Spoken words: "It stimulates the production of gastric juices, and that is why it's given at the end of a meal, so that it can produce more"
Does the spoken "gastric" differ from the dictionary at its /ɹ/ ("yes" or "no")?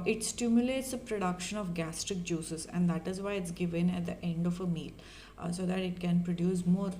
no